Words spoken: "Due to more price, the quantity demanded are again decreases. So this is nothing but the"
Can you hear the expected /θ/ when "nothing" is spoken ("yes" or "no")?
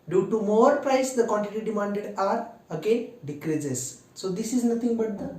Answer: no